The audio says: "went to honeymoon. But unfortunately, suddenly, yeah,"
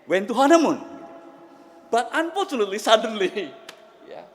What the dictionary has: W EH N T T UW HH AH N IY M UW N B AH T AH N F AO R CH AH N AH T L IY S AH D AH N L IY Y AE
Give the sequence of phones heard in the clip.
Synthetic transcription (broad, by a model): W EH N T T UW HH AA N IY M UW N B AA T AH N P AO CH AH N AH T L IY S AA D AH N L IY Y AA